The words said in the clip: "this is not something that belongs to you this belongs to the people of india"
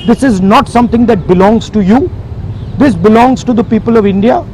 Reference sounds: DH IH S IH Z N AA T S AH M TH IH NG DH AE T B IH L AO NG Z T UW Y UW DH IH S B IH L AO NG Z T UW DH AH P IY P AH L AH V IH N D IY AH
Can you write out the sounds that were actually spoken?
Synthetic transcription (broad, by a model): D IH S IH Z N AA T S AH M T IH NG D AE T B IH L AO NG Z T UW Y UW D IH S B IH L AO NG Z T UW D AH P IY P AH L AH V IH N D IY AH